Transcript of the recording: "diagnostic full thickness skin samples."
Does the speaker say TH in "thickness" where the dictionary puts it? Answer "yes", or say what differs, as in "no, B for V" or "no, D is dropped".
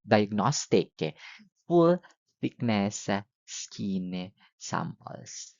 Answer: no, F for TH